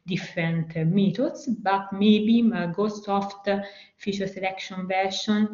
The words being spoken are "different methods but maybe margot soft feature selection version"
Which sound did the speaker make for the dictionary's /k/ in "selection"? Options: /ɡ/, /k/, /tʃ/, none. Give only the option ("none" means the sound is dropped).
/k/